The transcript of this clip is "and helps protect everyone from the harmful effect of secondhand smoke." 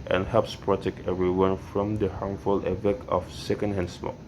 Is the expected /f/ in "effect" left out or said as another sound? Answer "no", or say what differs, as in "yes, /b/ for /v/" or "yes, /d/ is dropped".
yes, /p/ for /f/